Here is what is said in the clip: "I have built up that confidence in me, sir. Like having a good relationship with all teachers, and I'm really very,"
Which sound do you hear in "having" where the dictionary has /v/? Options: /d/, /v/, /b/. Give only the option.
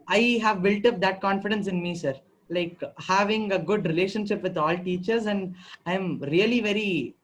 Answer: /v/